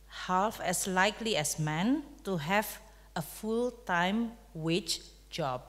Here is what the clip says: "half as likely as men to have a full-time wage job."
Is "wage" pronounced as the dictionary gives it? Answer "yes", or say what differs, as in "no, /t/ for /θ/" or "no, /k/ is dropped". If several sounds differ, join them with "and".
no, /tʃ/ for /dʒ/